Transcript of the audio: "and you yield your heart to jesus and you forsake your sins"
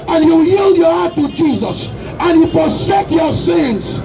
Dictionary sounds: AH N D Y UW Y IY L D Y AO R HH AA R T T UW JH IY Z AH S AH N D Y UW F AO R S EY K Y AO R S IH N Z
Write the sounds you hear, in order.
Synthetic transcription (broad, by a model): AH N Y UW Y IY L D Y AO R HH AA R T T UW JH IY Z AH S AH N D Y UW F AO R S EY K Y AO S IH N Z